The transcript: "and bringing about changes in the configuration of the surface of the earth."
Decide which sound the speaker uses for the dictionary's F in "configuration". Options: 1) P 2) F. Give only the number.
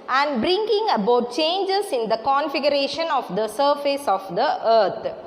2